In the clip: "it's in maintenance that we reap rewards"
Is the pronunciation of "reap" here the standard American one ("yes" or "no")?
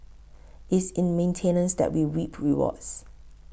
no